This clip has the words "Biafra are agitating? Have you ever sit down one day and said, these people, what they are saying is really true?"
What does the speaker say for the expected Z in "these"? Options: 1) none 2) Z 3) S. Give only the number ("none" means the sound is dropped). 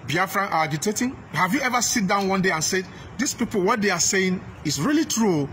3